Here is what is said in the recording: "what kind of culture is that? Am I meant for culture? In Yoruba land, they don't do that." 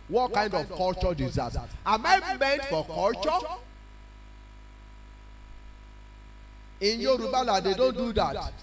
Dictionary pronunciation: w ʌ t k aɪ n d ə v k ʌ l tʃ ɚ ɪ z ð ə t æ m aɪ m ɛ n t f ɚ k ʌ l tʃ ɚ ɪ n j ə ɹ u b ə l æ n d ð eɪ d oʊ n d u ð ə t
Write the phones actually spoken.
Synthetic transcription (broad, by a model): w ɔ t k aɪ n d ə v k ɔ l tʃ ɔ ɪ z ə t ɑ m aɪ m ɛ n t f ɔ k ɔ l tʃ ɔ ɪ n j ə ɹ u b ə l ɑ d eɪ d oʊ n d u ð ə t